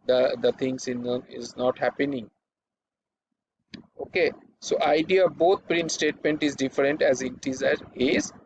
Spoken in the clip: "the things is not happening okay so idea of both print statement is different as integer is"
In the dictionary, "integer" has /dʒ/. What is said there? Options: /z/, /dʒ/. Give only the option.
/z/